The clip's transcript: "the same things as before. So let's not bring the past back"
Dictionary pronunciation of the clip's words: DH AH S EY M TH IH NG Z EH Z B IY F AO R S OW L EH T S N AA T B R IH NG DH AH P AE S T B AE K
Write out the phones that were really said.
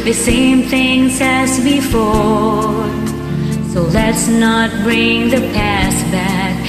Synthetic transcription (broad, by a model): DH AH S EY M TH IH NG Z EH Z B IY F AO R S OW L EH T S N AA T B R IH NG DH AH P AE S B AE K